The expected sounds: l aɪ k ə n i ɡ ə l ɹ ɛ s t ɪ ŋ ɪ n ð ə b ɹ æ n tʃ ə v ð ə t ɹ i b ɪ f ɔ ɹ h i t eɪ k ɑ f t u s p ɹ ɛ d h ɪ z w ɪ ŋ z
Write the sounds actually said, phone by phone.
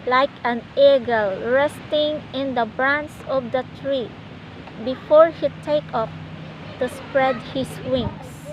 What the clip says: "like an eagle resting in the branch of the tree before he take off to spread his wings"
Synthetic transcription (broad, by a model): l aɪ k ə n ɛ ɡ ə l ɹ ɛ s t ɪ ŋ ɪ n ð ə b ɹ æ n s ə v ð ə t ɹ i b ɪ f ɔ ɹ h i t eɪ k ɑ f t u s p ɹ ɛ d h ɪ s w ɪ ŋ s